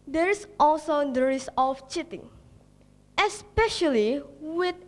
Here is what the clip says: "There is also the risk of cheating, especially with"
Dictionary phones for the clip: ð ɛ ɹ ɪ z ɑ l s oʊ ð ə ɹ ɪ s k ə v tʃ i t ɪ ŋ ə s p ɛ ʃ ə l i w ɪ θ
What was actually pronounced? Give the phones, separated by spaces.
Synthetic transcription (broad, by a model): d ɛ ɹ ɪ s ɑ l s oʊ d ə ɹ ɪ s ə f tʃ i t ɪ ŋ ə s p ɛ ʃ ə l i w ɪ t